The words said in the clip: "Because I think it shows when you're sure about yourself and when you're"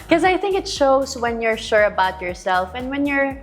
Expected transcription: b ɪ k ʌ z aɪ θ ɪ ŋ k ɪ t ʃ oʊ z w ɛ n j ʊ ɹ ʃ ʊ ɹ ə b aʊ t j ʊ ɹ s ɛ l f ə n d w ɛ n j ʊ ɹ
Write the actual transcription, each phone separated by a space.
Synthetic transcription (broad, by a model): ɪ k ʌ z aɪ θ ɪ ŋ k ɪ t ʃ oʊ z w ɛ n j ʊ ɹ ʃ ʊ ɹ ə b aʊ t j ʊ ɹ s ɛ l f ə n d w ɛ n j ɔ ɹ